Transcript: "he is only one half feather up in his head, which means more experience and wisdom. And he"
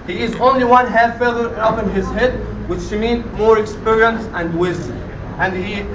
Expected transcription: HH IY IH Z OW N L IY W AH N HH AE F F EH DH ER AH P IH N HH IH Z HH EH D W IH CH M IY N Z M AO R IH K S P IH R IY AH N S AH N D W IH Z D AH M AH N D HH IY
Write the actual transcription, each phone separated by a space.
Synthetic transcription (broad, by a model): HH IY IH Z OW N L IY W AH N HH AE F F EH DH ER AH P IH N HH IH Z HH EH D W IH SH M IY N M AO R IH K S P IH R IY AH N S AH N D W IH Z D AH M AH N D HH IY